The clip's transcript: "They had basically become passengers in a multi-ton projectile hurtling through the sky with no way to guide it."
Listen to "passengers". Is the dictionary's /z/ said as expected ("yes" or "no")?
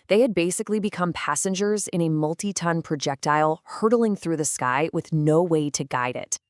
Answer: yes